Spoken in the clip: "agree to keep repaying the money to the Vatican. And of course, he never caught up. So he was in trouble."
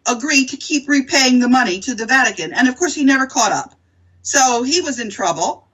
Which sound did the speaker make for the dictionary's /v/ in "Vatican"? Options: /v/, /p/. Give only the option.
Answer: /v/